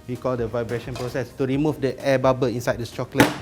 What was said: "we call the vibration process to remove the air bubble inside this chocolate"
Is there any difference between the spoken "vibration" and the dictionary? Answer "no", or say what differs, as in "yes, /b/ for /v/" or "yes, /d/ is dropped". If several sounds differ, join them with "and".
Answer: no